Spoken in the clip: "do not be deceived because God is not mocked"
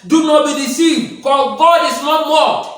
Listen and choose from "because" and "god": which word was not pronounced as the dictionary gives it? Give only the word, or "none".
because